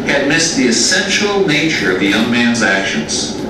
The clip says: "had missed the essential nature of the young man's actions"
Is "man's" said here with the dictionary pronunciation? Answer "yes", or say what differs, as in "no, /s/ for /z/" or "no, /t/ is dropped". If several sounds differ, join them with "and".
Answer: yes